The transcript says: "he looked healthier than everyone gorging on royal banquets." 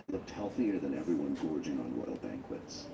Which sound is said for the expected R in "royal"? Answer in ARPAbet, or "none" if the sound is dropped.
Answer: W